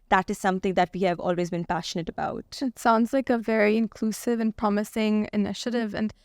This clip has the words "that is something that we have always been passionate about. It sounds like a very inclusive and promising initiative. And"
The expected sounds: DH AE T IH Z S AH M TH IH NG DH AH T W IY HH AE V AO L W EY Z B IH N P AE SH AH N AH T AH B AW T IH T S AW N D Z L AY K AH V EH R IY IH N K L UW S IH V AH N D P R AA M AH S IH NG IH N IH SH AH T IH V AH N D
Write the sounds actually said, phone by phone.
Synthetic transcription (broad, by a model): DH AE T IH Z S AH M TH IH NG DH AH T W IY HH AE V AO L W EY Z B IH N P AE SH AH N AH T AH B AW T IH T S AW N D Z L AY K AH V EH R IY IH N K L UW S IH V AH N P R AA M AH S IH NG IH N IH SH AH T IH V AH N